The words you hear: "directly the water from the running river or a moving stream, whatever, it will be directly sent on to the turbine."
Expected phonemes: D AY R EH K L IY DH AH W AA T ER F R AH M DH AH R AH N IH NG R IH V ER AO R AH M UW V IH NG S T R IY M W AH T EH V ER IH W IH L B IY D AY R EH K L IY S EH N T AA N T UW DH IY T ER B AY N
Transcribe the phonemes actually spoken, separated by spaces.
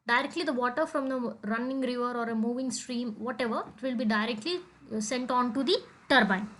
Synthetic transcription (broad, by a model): D AY R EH K L IY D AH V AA T ER F R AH M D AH R AH N IH NG R IH V ER AO R AH M UW V IH NG S T R IY M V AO T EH V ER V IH L B IY D AY R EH K L IY S EH N T AA N T UW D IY T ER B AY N